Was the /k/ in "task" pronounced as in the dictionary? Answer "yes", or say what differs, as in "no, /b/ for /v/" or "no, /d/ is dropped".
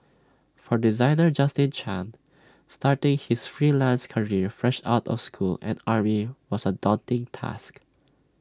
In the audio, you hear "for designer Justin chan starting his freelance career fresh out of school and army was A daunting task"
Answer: yes